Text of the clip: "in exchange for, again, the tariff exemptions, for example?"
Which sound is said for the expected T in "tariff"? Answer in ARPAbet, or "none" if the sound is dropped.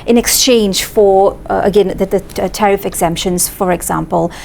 T